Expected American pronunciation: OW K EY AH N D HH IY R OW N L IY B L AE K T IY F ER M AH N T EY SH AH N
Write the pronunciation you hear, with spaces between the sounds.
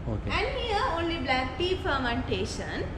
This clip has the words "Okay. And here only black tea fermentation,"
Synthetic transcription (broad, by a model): OW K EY AH N D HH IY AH OW N L IY B L AE K T IY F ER M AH N T EY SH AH N